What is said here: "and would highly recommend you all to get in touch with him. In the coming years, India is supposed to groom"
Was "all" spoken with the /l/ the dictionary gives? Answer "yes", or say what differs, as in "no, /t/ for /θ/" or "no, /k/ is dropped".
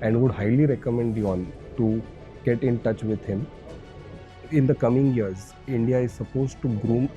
no, /n/ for /l/